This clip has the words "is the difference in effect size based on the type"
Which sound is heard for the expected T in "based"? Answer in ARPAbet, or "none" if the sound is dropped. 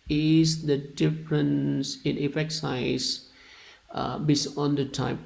none